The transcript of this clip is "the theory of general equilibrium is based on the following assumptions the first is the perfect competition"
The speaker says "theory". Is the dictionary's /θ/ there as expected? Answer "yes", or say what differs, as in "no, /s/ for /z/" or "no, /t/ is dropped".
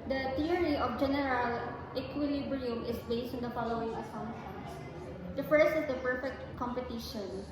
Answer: no, /t/ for /θ/